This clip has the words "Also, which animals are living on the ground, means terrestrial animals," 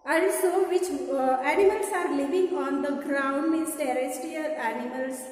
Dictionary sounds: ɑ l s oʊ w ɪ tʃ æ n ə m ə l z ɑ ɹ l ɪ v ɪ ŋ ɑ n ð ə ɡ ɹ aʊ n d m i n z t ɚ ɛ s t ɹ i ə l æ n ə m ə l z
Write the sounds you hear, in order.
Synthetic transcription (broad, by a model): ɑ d s oʊ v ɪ tʃ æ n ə m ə l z ɑ ɹ l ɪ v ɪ ŋ ɑ n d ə ɡ ɹ aʊ n d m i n s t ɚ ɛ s t i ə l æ n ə m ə l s